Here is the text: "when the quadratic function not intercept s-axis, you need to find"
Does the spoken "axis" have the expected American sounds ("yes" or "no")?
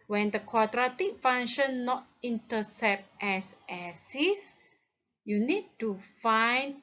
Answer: no